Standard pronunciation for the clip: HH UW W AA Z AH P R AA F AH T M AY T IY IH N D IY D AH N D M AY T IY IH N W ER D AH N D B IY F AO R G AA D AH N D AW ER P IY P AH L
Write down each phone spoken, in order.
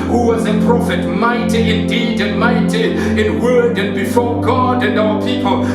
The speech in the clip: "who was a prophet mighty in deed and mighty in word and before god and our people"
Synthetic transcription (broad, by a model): HH UW W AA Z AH P R AA F AH T M AY T IY IH N D IY D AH N M AY T IY IH N W ER D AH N B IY F AO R G AA D AH N D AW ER P IY P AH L